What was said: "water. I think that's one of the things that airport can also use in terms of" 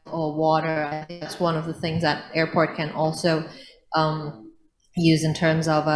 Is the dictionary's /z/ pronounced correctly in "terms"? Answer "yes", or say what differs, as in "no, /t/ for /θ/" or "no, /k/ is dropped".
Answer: yes